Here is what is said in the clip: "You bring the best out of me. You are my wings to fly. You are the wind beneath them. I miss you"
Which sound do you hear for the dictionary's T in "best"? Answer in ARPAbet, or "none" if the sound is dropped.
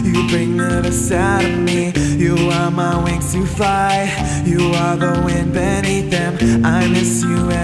none